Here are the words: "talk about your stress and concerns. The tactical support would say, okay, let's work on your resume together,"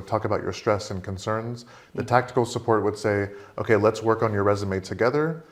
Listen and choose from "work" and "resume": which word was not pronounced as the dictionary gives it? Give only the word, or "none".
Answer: none